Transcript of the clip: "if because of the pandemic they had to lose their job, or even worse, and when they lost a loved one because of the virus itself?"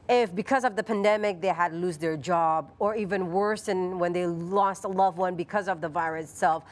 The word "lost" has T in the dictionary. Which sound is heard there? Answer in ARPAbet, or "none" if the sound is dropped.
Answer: T